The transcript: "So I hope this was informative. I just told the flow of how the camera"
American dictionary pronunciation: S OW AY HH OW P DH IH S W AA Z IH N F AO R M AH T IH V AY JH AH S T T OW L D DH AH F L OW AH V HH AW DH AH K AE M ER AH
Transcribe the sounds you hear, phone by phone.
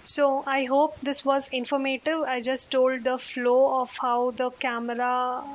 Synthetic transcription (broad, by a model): S OW AY HH OW P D IH S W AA Z IH N F AO R M AH T IH V AY JH AH S T T OW L D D AH F L OW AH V HH AW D AH K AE M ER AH